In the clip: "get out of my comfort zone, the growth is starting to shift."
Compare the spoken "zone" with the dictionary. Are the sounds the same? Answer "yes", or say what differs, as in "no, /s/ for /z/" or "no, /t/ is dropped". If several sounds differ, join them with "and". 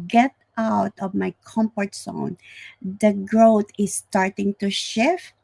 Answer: no, /s/ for /z/